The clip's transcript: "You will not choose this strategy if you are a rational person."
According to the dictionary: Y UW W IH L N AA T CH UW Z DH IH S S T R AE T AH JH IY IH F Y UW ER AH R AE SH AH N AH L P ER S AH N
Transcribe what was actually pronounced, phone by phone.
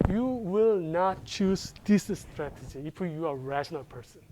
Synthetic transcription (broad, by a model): Y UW W IH L N AA T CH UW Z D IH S S T R AE T AH JH IY IH F Y UW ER AH R AE SH AH N AH L P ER S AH N